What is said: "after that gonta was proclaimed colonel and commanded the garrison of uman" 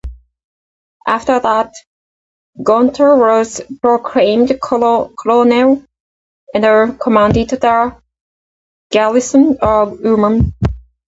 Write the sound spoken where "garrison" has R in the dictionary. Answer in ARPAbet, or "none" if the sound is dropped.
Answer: L